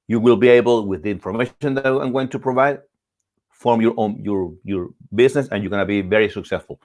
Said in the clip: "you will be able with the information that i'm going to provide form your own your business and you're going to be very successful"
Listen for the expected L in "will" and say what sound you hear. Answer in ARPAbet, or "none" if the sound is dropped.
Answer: L